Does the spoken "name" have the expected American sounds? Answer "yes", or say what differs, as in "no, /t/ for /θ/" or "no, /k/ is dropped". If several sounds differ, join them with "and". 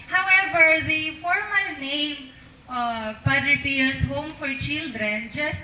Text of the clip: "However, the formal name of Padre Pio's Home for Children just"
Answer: no, /m/ is dropped